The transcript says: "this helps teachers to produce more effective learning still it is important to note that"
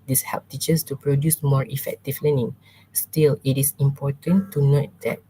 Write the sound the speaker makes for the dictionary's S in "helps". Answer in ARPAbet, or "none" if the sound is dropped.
none